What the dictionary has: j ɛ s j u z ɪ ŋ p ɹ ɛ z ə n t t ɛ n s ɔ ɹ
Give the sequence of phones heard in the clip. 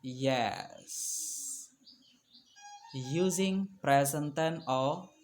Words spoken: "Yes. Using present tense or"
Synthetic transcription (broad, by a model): j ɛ s j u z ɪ ŋ p ɹ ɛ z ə n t t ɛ n ɔ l